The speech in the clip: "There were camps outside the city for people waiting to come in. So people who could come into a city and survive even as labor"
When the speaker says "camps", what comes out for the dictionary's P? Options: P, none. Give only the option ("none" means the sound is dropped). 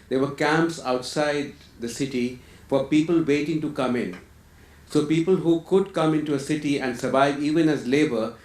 P